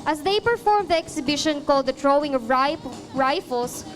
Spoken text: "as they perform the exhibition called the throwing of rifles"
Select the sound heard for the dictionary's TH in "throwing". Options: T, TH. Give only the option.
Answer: T